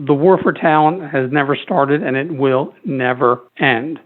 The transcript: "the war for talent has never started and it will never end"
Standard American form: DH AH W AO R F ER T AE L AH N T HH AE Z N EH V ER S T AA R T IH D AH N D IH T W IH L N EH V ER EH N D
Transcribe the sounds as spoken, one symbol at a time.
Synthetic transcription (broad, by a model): DH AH W AO R F ER T AE L AH N T HH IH Z N EH V ER S T AA R T IH D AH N IH T W IH L N EH V ER EH N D